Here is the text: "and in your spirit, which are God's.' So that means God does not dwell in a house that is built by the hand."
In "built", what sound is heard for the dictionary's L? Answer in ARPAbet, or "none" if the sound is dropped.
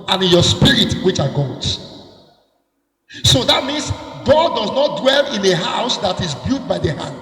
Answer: none